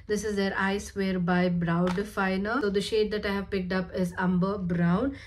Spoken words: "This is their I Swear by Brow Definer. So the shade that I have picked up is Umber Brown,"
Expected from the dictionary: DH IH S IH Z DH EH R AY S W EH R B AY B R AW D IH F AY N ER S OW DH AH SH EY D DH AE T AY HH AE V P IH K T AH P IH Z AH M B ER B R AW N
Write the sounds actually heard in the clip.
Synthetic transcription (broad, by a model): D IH S IH Z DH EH R AY S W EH R B AY B R AW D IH F AY N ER S OW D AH SH EY D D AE T AY HH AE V P IH K T AH P IH Z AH M B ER B R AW N